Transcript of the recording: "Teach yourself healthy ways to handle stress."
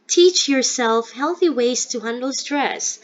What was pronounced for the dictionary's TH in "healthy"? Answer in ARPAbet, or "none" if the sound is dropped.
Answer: TH